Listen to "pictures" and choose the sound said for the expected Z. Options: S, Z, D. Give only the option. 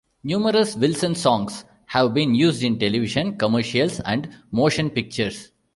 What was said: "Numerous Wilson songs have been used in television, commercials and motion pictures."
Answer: S